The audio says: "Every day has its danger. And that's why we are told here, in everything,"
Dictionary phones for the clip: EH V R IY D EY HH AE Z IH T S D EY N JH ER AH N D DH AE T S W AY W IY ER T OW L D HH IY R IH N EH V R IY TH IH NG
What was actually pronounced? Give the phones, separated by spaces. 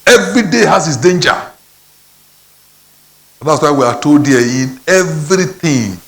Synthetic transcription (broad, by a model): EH V R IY D EY HH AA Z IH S D EY N JH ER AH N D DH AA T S W AY W IY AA T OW D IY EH IH N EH V R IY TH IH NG